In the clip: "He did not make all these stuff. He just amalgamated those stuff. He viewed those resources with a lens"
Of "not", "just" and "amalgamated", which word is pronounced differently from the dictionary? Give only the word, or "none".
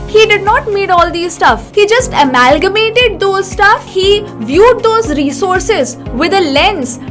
none